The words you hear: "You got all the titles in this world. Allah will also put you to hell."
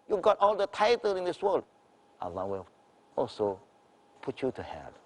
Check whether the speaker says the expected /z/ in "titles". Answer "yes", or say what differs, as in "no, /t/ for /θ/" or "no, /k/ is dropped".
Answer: no, /z/ is dropped